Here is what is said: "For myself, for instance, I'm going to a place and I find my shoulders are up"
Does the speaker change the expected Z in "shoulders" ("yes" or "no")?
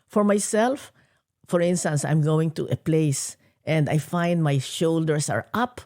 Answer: yes